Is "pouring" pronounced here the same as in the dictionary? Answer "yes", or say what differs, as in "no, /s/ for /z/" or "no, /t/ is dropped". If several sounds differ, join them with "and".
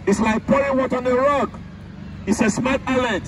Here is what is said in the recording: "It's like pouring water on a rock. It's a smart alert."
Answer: no, /ɹ/ is dropped